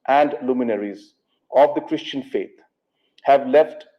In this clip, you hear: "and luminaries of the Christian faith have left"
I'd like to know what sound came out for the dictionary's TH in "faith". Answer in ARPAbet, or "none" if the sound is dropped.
T